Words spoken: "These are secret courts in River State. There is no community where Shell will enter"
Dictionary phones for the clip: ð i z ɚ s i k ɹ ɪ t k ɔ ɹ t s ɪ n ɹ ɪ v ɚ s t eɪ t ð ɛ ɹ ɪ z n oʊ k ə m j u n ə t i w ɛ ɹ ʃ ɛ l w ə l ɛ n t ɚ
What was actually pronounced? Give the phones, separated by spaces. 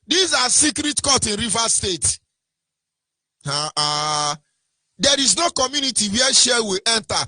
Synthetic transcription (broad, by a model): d i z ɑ s i k ɹ ɪ t k ɔ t ɪ n ɹ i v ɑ s t eɪ t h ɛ ɹ ɪ z n oʊ k ə m j u n ə t i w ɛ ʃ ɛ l w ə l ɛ n t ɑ